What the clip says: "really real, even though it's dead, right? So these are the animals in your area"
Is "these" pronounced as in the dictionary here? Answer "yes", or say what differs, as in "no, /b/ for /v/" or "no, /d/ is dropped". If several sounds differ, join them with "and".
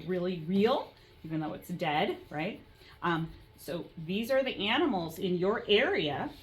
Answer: yes